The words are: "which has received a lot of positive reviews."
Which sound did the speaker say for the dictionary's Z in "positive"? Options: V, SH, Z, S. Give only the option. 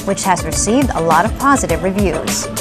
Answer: Z